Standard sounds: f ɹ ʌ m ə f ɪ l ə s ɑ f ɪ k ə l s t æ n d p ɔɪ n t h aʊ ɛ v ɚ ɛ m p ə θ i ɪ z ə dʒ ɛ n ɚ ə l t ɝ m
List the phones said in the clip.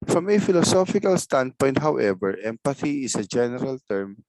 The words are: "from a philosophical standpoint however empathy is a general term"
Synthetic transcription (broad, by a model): f ɹ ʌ m ə f ɪ l ə s ɑ f ɪ k ə l s t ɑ n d p ɔɪ n t h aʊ ɛ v ɚ ɛ m p ə θ i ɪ s ə dʒ ɛ n ɚ ə l t ɝ m